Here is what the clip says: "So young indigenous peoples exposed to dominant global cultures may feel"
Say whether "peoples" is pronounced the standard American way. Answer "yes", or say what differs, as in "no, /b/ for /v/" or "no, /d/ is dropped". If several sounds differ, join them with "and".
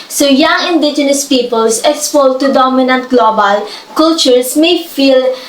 no, /s/ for /z/